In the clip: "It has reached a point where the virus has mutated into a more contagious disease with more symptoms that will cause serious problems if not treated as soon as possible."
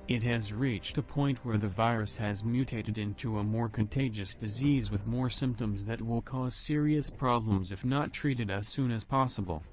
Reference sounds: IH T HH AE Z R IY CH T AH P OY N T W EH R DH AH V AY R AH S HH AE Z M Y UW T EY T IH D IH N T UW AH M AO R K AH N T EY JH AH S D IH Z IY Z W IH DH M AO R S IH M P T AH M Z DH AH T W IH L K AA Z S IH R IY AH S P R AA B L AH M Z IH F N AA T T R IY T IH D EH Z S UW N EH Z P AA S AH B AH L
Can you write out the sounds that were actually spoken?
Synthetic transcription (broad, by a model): IH T HH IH Z R IY CH T AH P OY N T W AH R DH AH V AY R AH S HH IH Z M Y UW T EY T IH D IH N T UW AH M AO R K AH N T EY JH AH S D IH Z IY Z W IH DH M AO R S IH M P T AH M Z DH AH T W IH L K AA Z S IH R IY AH S P R AA B L AH M Z IH F N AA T T R IY T IH D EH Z S UW N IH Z P AA S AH B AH L